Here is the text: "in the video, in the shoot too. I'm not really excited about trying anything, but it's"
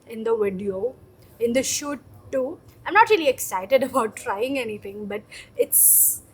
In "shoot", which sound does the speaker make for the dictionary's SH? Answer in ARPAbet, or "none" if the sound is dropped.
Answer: SH